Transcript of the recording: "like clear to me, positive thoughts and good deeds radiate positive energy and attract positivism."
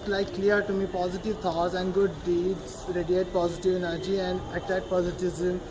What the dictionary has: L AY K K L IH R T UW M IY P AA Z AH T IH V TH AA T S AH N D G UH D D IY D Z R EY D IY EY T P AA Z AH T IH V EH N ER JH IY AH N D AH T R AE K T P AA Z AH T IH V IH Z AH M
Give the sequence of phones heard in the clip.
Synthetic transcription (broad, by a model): L AY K K L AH R T UW M IY P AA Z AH T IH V T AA T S AH N D G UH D D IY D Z R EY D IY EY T P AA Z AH T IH V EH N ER JH IY AH N D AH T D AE T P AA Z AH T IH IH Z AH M